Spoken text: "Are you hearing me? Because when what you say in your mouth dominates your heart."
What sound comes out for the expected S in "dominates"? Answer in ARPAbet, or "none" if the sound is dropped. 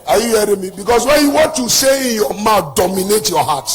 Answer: none